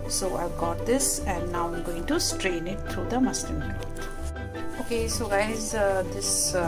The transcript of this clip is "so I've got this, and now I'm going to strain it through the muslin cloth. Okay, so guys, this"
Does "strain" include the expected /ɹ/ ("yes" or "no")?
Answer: yes